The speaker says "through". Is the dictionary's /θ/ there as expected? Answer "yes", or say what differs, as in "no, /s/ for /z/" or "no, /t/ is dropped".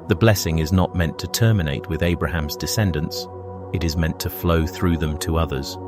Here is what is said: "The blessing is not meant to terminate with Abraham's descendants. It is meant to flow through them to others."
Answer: yes